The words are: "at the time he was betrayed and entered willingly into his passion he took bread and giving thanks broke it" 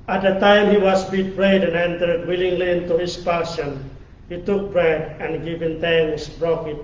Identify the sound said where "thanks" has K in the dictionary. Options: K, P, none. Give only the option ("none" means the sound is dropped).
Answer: none